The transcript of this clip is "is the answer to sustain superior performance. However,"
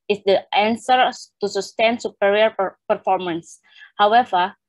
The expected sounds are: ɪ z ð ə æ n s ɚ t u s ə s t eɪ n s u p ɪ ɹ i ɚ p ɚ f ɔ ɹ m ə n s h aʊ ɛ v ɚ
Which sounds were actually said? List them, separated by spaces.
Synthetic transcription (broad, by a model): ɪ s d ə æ n s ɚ t u s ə s t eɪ n s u p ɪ ɹ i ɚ p ɚ f ɔ ɹ m ə n s h aʊ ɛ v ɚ